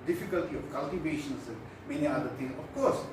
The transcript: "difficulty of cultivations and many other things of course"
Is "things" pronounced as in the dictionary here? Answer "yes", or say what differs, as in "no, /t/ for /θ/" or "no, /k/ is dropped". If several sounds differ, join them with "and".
no, /t/ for /θ/ and /z/ is dropped